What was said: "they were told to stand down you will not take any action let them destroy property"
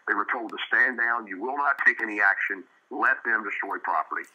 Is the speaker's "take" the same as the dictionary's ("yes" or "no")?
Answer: yes